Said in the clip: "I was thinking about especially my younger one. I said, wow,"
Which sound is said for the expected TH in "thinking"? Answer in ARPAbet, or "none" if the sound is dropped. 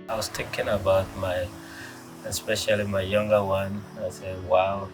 T